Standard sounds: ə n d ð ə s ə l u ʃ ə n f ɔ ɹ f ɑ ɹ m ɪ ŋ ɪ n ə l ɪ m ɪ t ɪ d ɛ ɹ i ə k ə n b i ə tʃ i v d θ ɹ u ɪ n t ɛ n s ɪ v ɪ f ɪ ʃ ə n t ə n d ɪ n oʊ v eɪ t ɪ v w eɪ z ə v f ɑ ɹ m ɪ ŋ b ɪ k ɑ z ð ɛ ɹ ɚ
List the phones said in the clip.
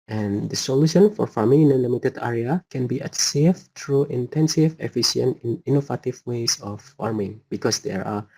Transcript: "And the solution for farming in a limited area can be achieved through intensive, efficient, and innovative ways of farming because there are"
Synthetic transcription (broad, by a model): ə n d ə s ə l u ʃ ə n f ɔ ɹ f ɑ ɹ m ɪ ŋ ɪ n ə l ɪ m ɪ t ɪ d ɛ ɹ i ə k ə n b i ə s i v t ɹ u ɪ n t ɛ n s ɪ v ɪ f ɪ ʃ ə n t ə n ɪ n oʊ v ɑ t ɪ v w eɪ s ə f ɑ ɹ m ɪ ŋ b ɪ k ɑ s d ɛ ɹ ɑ